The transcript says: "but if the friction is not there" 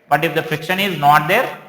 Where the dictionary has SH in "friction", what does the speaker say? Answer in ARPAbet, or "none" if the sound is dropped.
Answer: SH